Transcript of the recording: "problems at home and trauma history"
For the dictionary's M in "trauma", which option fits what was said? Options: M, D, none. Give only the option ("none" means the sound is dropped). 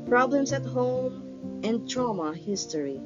M